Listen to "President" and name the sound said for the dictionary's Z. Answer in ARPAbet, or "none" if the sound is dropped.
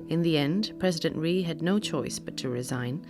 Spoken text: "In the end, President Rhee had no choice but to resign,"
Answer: Z